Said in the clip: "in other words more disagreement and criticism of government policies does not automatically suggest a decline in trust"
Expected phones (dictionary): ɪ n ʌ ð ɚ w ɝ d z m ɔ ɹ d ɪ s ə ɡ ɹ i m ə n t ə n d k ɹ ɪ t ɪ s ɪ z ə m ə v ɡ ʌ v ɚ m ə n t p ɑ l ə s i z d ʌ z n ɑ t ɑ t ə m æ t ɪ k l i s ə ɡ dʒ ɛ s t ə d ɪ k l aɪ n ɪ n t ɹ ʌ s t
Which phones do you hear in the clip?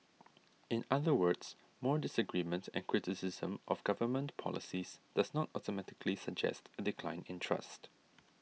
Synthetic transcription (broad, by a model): ɪ n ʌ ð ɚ w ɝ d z m ɔ ɹ d ɪ s ə ɡ ɹ i m ə n t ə n k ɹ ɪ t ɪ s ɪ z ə m ə v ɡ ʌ v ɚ m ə n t p ɑ l ə s i z d ʌ z n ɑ t ɑ t ə m æ t ɪ k l i s ə ɡ dʒ ɛ s t ə d ɪ k l aɪ n ɪ n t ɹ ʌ s t